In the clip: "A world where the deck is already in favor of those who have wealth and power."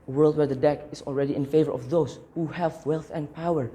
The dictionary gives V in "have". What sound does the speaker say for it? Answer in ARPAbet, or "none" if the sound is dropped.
V